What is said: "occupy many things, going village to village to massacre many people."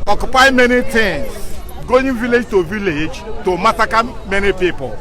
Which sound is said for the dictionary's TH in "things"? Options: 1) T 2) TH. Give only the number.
1